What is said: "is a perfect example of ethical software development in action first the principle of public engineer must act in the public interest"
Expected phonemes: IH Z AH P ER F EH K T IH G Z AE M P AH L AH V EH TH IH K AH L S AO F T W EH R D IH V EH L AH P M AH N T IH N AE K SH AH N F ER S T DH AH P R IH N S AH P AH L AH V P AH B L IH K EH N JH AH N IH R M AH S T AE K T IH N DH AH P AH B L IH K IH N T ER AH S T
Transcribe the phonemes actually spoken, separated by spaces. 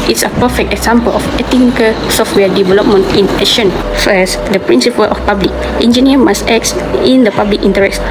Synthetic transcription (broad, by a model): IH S AH P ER F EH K T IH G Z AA M P AH L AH F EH T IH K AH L S AO F T W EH D IH V EH L AH P M AH N T IH N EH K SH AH N F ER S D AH P R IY N S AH P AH L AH F P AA B L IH K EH N JH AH N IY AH M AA S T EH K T IH N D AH P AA B L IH K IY N T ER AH S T